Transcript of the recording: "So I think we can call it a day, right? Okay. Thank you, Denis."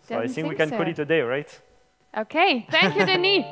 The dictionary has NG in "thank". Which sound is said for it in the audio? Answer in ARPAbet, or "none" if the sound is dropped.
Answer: none